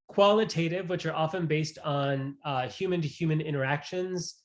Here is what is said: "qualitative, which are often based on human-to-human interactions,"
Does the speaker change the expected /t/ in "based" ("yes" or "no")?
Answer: no